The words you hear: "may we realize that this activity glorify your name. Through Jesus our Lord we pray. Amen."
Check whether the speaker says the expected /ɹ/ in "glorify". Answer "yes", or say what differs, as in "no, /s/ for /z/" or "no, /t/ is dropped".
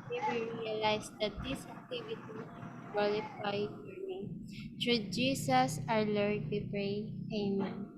no, /l/ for /ɹ/